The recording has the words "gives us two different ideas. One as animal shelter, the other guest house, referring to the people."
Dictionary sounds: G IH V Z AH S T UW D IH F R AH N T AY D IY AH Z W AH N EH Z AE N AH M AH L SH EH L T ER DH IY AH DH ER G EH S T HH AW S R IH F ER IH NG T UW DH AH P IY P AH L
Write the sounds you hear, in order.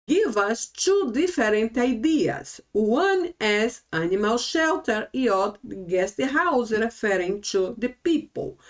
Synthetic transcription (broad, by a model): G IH V AH S T UW D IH F R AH N T AY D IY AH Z W AH N EH Z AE N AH M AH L SH EH L T ER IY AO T G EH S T HH AW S R IH F ER IH NG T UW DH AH P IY P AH L